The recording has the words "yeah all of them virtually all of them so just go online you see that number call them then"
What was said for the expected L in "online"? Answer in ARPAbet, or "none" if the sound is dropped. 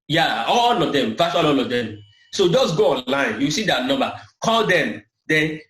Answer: L